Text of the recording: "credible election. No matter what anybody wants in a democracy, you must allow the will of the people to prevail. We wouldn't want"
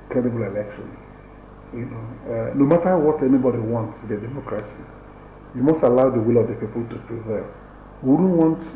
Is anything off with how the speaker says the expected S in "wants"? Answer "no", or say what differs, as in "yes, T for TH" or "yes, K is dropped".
no